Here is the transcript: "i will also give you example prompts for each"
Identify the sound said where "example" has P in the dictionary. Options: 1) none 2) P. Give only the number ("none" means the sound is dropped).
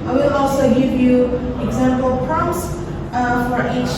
2